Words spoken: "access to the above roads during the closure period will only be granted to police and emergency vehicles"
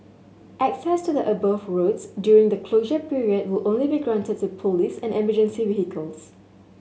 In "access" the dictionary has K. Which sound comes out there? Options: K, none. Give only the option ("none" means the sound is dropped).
K